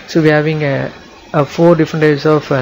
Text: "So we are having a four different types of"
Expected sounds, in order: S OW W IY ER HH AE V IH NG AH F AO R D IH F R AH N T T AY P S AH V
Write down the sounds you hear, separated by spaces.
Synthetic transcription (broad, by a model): S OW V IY ER HH AE V IH NG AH F AO R D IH F R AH N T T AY S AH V